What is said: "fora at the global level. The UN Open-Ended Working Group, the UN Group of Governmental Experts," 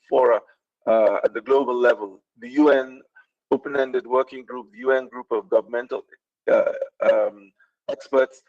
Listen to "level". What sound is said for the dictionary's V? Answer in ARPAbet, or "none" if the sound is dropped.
V